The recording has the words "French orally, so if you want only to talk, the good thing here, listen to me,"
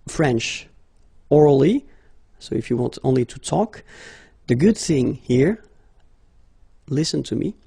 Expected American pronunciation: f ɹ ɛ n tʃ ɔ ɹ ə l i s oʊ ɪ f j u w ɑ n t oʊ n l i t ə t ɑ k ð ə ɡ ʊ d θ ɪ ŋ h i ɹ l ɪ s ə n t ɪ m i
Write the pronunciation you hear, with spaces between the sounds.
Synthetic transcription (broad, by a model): f ɹ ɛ n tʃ ɔ ɹ l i s oʊ ɪ f j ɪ w ɑ n t oʊ n l i t ə t ɑ k ð ə ɡ ʊ d θ ɪ ŋ h i ɹ l ɪ s ə n t ɪ m i